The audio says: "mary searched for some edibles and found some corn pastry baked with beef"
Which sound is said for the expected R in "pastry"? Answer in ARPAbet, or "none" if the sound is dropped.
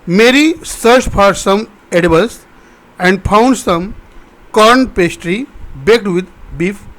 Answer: R